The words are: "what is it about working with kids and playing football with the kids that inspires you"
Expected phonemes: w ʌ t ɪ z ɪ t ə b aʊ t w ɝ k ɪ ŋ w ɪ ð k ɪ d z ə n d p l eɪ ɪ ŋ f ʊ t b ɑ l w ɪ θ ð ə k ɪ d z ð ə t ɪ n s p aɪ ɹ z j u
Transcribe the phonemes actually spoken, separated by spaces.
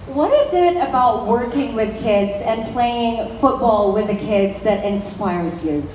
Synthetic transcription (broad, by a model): w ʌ t ɪ z ɪ t ə b aʊ t w ɝ k ɪ ŋ w ɪ ð k ɪ d z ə n p l eɪ ɪ ŋ f ʊ t b ɑ l w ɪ ð ə k ɪ d z ð ə t ɪ n s p aɪ ɹ z j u